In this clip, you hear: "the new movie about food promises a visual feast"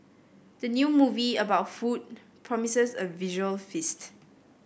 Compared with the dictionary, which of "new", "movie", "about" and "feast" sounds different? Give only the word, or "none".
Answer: none